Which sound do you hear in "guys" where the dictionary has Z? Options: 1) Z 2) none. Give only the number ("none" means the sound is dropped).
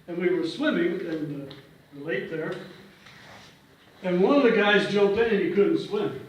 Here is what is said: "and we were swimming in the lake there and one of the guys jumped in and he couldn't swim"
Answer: 1